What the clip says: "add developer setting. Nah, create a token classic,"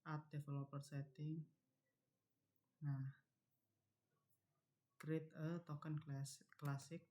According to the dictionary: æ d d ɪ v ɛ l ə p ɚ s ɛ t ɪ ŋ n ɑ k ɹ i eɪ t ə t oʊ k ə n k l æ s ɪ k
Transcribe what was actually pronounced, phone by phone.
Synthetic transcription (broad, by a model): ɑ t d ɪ f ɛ l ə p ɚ s ɛ t ɪ ŋ n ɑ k ɹ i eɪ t ə t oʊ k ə n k l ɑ s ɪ k